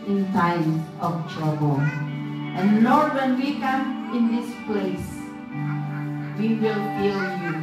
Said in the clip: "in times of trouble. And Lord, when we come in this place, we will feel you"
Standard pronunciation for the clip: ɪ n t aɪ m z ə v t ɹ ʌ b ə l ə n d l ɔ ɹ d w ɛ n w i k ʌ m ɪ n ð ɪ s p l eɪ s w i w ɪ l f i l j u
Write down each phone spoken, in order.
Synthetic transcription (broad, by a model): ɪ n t aɪ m ə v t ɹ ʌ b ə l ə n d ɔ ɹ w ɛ n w i k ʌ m ɪ n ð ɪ s p l eɪ s w i w ɪ l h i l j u